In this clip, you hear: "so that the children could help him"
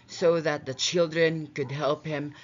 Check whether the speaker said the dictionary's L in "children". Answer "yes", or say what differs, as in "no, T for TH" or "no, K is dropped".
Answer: yes